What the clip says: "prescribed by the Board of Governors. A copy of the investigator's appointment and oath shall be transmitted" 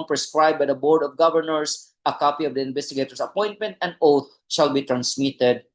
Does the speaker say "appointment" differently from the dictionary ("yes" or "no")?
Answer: no